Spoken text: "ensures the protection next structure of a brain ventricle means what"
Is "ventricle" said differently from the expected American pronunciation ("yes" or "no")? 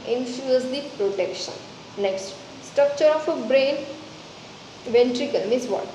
no